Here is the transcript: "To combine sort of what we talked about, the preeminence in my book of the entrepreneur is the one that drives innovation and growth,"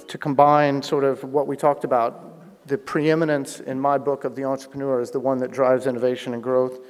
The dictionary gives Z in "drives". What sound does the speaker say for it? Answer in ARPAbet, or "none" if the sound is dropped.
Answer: Z